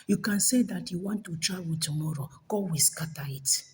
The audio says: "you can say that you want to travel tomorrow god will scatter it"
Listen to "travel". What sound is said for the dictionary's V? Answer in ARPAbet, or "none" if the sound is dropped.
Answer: W